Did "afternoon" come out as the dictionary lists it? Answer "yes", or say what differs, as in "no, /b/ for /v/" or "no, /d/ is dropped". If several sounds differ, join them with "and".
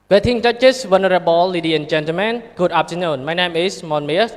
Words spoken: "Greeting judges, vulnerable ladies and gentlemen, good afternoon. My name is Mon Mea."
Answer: no, /p/ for /f/